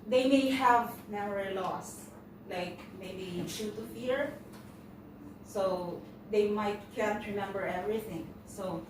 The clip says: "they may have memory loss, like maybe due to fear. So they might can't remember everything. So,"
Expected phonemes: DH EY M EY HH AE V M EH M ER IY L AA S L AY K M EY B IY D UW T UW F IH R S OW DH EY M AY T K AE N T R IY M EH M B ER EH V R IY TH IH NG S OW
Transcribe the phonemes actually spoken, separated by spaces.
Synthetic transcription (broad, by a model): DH EY M EY HH AE V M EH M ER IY L AA S L AY K M EY B IY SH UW T UW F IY R S OW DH EY M AY T K AE N T R IY M EH M B ER EH V R IY TH IH NG S OW